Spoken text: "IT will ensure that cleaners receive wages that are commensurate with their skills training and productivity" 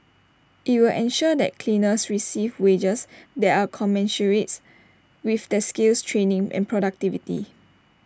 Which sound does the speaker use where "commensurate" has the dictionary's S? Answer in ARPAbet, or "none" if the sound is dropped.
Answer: SH